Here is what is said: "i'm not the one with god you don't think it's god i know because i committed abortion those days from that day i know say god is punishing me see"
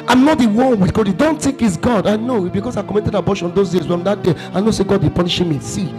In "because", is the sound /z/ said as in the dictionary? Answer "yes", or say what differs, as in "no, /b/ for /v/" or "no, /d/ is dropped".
no, /s/ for /z/